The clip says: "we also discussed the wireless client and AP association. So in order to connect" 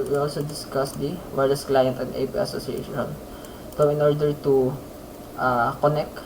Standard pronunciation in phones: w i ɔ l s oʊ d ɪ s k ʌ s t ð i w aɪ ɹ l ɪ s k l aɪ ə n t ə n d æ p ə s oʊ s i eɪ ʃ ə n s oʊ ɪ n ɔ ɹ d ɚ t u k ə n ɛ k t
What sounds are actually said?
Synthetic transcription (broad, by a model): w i ɔ l s oʊ d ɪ s k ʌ s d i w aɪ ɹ ɪ s k l aɪ ə n t ə n d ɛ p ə s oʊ s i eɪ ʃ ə n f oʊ ɪ n ɔ ɹ d ɚ t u k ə n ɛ k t